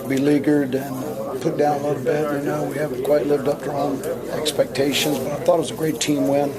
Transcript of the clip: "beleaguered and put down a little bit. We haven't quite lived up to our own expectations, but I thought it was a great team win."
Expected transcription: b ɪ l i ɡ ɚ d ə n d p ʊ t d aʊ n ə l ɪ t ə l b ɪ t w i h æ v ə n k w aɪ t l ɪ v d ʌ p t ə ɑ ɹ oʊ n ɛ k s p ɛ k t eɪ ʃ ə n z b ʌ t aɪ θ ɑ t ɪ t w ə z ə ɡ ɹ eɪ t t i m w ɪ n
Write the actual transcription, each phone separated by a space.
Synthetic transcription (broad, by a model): b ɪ l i ɡ ɚ d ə n p ʊ t d aʊ n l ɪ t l b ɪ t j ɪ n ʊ w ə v k w aɪ t l ɪ v d ʌ p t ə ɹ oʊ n ɛ k s p ɛ k t eɪ ʃ ə n z b ʌ t aɪ θ ɑ t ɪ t w ə z ə ɡ ɹ eɪ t t i m w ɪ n